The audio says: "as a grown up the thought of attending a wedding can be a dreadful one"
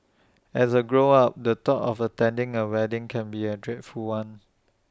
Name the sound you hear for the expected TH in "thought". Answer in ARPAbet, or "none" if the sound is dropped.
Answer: T